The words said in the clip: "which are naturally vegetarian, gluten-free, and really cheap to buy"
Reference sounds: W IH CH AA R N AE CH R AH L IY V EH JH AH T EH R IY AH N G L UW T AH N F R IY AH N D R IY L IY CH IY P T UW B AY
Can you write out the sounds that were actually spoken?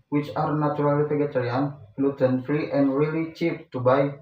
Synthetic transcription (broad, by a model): W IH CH AA R N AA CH R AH L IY P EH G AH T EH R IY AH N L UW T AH N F R IY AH N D R IY L IY CH IY P T UW B AY